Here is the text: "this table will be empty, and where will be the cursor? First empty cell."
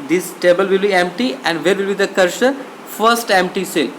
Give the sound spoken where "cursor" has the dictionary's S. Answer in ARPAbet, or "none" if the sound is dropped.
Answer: SH